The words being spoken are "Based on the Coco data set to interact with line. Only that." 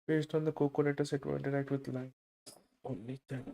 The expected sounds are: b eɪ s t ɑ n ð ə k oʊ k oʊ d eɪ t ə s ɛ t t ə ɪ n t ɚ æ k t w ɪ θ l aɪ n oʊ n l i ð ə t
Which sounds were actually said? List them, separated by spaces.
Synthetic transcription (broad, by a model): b eɪ s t ɑ n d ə k oʊ k oʊ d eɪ t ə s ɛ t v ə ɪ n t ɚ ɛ k t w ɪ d l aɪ oʊ n l i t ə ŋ